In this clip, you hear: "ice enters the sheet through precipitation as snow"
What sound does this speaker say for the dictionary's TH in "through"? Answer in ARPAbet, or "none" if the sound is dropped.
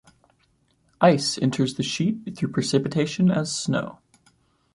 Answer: TH